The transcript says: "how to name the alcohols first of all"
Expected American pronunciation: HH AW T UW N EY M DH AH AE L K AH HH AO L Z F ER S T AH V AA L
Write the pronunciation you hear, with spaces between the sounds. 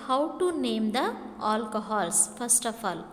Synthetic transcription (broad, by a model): HH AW T UW N EY M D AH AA L K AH HH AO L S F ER S T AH P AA L